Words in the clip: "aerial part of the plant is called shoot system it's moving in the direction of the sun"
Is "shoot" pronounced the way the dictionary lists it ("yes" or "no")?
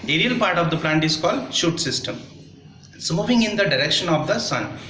yes